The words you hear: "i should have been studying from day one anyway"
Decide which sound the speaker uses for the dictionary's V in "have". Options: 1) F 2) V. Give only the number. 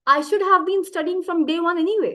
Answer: 2